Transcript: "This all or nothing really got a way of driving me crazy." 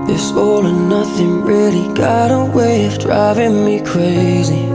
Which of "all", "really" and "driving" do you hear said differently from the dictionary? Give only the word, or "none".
none